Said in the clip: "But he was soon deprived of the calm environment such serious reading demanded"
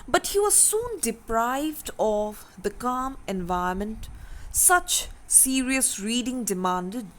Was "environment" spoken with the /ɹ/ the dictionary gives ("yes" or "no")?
no